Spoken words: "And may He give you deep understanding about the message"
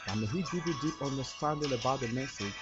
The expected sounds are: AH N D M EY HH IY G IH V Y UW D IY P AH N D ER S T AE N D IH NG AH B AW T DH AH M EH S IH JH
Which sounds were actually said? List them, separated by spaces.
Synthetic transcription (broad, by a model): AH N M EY HH IY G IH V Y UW D IY P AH N D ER S T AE N D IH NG AH B AW T DH AH M EH S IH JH